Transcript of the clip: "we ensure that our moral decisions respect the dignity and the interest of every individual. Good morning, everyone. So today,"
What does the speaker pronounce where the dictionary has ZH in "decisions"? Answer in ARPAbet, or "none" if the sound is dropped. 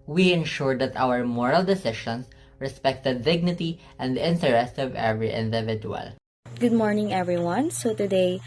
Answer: SH